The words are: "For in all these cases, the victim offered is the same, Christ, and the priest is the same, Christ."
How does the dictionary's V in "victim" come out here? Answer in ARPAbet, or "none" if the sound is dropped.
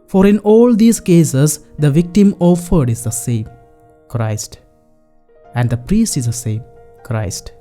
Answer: V